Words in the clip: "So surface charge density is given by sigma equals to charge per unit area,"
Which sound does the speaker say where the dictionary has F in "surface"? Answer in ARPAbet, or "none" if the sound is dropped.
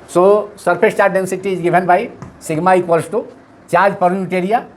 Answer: P